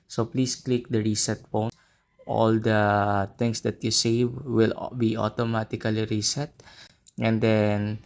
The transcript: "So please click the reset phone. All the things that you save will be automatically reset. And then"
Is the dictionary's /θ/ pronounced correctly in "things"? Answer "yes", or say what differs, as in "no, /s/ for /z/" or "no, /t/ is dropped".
no, /t/ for /θ/